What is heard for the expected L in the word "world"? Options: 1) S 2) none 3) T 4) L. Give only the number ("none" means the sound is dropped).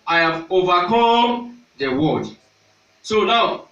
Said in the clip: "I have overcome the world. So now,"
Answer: 2